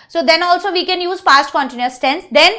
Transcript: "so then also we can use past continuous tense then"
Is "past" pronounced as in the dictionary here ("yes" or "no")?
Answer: no